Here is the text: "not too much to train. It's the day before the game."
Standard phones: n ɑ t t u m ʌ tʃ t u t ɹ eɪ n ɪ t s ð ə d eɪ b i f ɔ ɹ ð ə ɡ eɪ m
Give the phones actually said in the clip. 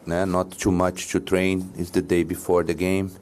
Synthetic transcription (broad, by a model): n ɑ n t u m ʌ tʃ t u t ɹ eɪ n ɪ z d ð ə d eɪ b i f ɔ ɹ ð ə ɡ eɪ m